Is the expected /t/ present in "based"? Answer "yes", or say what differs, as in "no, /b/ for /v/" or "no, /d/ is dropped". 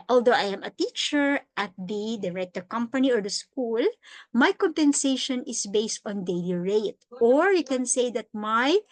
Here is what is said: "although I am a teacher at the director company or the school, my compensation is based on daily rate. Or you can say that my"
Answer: yes